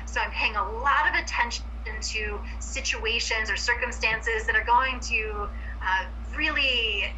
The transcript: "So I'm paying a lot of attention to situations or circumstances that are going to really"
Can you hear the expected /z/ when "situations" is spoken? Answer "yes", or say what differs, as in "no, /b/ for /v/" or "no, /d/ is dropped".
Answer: yes